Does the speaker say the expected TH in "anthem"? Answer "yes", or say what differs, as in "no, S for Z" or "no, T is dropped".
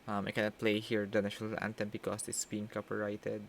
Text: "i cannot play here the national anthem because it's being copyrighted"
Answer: no, T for TH